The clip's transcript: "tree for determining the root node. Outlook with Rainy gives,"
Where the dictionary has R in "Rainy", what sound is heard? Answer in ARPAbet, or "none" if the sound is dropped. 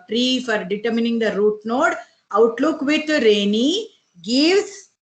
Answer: R